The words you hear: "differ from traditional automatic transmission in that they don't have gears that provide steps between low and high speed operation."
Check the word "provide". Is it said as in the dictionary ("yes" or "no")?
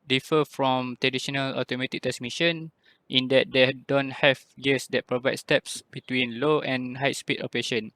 yes